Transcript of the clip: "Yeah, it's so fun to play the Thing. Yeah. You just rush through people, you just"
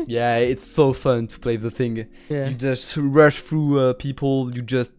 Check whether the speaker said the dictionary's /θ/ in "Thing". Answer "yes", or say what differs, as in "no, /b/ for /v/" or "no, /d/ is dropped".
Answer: yes